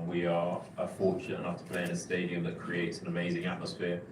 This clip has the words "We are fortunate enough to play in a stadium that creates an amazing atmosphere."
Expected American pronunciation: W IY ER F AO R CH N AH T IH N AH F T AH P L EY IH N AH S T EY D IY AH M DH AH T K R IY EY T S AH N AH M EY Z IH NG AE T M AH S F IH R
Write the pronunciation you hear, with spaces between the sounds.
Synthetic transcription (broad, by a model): W IY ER F AO CH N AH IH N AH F T AH P L EY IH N AH S T EY D IY AH M DH AH T K R IY EY T S AH N AH M EY Z IH NG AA T M AH S F IH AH